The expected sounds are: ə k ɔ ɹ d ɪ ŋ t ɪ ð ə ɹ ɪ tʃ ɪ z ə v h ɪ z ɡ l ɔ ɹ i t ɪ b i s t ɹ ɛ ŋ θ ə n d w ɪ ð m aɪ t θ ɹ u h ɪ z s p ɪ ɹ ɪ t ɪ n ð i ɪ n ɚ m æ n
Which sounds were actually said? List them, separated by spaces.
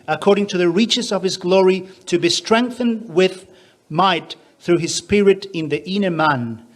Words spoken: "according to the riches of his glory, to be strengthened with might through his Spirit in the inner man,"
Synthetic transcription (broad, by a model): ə k ɔ ɹ d ɪ ŋ t ɪ ð ə ɹ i tʃ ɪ z ə v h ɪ z ɡ l ɔ ɹ i t ɪ b i s t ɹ ɛ ŋ θ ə n d w ɪ ð m aɪ t θ ɹ u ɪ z s p ɪ ɹ ɪ t ɪ n ð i ɪ n ɚ m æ n